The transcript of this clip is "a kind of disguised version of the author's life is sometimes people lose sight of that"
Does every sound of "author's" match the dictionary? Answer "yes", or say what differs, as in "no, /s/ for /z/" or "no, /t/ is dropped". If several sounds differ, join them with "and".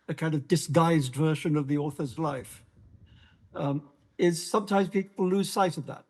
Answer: yes